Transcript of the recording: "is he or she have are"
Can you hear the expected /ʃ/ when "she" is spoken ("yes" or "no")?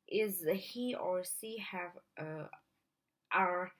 no